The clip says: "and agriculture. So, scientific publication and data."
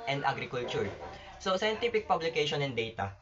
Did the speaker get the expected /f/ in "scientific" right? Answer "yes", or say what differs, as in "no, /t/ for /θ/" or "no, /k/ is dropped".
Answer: no, /p/ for /f/